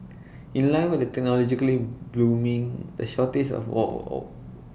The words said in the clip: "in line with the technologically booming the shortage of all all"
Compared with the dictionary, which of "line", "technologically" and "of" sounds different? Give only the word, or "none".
of